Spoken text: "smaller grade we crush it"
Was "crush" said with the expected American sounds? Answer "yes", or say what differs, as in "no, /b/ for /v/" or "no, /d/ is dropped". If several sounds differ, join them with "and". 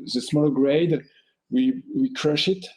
yes